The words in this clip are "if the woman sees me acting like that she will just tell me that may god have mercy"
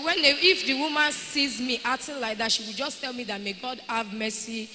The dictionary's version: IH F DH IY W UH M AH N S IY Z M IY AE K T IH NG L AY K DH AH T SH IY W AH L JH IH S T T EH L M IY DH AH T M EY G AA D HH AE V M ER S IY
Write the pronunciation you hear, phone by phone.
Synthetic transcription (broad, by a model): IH F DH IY W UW M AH N S IY Z M IY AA T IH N L AY K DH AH T SH IY W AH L JH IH S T T EH L M IY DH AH T M EY G AA D HH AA V M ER S IY